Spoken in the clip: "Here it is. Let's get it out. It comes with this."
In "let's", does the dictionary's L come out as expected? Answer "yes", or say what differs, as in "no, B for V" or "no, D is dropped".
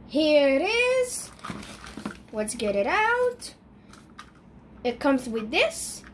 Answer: no, W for L